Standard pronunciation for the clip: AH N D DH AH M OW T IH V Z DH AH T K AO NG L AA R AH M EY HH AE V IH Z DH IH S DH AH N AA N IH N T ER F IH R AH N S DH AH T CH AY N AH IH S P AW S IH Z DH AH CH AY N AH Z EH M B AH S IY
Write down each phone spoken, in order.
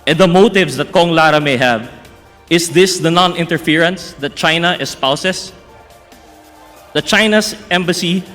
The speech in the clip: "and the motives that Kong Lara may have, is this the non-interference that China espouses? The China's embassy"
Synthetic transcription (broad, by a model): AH N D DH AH M OW T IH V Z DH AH T K AO NG L AA R AH M EY HH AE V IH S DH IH S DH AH N AA N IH N T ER F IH R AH N S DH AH T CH AY N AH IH S P AW S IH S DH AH CH AY N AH S EH M B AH S IY